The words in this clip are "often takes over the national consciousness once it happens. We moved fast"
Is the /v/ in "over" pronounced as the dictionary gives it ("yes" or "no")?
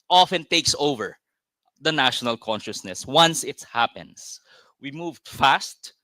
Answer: yes